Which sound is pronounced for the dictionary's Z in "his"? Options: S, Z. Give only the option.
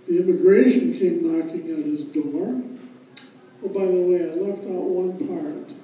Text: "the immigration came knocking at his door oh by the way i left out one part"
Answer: Z